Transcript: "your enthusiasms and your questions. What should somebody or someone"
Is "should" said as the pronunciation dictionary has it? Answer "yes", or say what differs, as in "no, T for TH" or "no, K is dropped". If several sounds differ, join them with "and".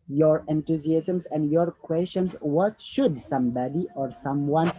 yes